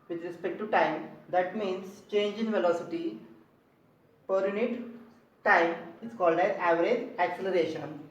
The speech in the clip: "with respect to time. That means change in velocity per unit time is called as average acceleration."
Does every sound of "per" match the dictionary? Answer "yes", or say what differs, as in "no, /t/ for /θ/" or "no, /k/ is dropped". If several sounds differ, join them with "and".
yes